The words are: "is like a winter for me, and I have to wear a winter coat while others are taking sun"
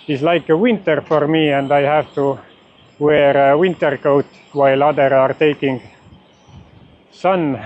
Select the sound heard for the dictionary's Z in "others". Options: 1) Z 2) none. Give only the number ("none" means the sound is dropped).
2